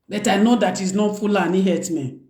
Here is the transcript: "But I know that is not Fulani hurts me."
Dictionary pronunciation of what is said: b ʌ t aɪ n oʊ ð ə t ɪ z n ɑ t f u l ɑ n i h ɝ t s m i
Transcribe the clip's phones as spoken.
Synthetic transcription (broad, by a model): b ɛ t aɪ n oʊ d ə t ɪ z n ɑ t f u l ɑ n i h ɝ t m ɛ